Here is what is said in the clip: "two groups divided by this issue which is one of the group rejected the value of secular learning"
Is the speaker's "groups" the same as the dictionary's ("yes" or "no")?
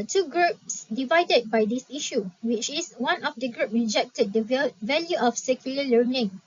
yes